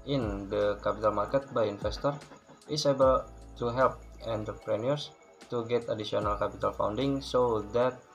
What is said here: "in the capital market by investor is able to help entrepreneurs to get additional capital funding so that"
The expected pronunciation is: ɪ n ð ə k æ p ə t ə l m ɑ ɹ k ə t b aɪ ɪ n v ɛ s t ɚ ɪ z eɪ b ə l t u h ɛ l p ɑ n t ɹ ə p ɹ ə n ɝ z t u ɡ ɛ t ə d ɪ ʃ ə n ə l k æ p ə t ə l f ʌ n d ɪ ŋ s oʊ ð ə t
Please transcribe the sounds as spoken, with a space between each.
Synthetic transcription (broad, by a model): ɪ n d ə k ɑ p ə t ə l m ɑ ɹ k ə t b aɪ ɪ n f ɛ s t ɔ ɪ s eɪ b ə l t u h ɛ l p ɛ n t ə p ɹ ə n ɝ s t u ɡ ɛ t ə d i s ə n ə l k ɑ p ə t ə l f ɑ n d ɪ ŋ s oʊ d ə t